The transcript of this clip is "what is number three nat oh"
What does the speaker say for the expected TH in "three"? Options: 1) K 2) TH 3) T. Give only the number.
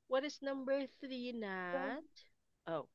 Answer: 2